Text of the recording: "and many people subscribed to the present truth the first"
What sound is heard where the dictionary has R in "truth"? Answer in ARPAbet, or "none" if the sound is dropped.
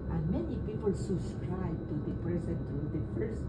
none